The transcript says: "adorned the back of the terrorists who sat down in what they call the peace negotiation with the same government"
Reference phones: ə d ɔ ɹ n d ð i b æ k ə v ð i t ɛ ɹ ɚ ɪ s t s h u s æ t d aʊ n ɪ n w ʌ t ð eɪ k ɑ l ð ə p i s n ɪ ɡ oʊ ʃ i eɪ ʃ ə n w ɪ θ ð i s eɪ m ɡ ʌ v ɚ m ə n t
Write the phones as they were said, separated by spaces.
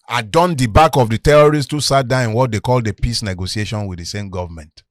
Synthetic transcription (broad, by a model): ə d ɔ n d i b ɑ k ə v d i t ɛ ɹ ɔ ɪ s t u s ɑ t d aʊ ɪ n w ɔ t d eɪ k ɑ l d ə p i s n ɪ ɡ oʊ s i eɪ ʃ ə n w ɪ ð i s eɪ m ɡ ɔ v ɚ m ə n t